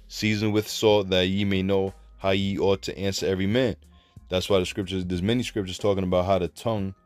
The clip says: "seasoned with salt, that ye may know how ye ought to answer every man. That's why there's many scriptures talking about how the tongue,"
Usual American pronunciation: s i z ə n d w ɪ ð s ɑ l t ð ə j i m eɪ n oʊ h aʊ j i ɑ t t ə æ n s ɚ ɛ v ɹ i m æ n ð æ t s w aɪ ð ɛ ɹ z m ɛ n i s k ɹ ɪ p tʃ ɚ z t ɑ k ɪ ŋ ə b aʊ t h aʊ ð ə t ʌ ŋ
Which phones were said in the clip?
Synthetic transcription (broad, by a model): s i z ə n w ɪ ð s ɑ t ð ə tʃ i m eɪ n oʊ h aʊ j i ɑ t t æ n s ɚ ɛ v ɹ i m æ n ð æ t s w aɪ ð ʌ ɹ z m ɛ n i s k ɹ ɪ p tʃ ɚ z t ɑ k ɪ ŋ ə b aʊ t h aʊ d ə t ʌ ŋ